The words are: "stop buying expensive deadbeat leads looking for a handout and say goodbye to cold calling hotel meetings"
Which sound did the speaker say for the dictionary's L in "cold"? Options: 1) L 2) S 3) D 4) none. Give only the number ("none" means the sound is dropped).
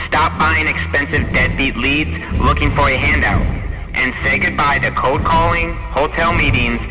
4